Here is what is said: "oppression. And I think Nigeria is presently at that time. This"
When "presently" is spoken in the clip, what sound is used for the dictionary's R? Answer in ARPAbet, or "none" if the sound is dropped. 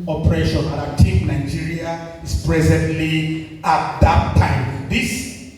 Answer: R